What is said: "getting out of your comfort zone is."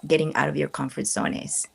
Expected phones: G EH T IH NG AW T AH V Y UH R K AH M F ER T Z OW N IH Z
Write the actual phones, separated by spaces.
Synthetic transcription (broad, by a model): G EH T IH NG AW T AH V Y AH R K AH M F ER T S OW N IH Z